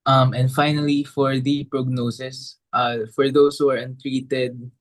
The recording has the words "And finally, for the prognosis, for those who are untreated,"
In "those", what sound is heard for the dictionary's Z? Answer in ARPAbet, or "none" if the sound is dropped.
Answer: S